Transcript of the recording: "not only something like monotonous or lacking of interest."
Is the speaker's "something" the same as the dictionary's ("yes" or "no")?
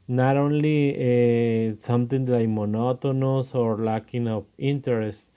no